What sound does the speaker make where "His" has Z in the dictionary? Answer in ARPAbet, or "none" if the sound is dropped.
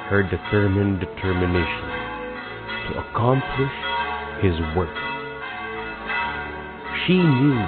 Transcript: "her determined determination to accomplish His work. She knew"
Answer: Z